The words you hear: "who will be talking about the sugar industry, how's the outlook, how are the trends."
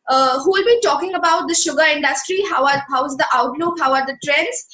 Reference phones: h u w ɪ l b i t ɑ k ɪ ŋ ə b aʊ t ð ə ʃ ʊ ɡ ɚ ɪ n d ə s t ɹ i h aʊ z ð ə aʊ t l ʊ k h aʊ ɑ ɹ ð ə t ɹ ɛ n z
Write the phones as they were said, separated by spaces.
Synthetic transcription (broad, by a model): h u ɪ l b i t ɑ k ɪ ŋ ə b aʊ t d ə ʃ ʊ ɡ ɚ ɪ n d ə s t ɹ i h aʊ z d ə aʊ t l ʊ k h aʊ ɑ ɹ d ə t ɹ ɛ n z